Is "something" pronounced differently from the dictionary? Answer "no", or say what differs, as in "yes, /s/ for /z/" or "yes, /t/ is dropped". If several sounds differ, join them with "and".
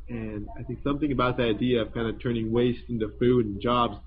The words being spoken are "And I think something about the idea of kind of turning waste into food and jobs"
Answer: no